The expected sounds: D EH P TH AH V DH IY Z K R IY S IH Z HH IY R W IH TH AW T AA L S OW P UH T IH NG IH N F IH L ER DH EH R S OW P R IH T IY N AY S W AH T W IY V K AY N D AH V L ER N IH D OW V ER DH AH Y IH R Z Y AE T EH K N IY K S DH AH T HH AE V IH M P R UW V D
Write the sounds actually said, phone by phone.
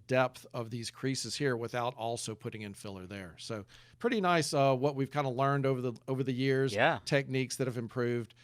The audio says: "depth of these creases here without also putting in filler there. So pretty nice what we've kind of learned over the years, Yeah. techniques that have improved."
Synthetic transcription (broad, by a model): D EH P TH AH V DH IY Z K R IY S IH Z HH IY R W IH TH AW T AA L S OW P UH T IH NG IH N F IH L ER DH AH R S OW P R IH T IY N AY S W AH T W IY V K AY N D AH L ER N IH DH OW V ER DH AH Y IH R Z Y AE T EH K N IY K S DH AH T HH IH V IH M P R UW V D